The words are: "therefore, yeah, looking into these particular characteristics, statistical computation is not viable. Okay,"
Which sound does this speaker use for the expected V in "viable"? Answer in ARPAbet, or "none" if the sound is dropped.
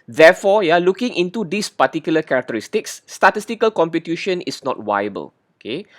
W